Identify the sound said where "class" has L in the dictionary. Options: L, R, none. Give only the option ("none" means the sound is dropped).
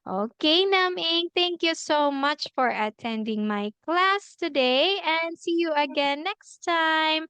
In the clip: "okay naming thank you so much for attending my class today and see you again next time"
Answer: L